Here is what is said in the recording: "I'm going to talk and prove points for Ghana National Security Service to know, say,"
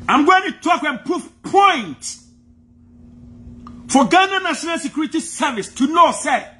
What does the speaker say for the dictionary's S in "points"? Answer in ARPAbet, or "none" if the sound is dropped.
none